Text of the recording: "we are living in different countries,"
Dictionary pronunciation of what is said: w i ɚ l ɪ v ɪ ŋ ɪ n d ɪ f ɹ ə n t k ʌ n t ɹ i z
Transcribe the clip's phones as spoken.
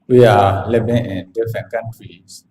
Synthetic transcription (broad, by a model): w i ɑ l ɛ b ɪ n ɪ n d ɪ f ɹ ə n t k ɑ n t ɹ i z